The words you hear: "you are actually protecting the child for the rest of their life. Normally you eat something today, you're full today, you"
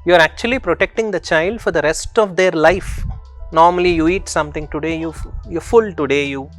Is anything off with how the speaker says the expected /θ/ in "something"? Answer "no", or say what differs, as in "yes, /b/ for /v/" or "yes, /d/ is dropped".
yes, /t/ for /θ/